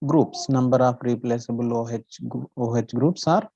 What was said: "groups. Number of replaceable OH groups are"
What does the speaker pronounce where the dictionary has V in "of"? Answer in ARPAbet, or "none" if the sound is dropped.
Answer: P